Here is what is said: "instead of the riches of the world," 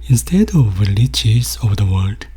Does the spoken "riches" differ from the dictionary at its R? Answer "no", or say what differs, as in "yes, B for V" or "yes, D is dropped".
yes, L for R